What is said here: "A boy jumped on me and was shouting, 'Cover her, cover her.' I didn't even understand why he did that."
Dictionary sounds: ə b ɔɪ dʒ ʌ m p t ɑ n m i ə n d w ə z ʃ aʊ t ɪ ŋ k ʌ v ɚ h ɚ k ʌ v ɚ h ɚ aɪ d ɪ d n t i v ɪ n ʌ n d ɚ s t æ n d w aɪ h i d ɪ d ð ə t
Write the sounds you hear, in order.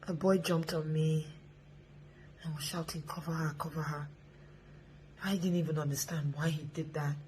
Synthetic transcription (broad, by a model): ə b ɔɪ dʒ ʌ m p t ɑ n m i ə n w ə z ʃ aʊ t ɪ ŋ k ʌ v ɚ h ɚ k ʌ v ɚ h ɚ aɪ d ɪ d n t i v ɪ n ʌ n d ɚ s t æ n d w aɪ h i d ɪ d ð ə t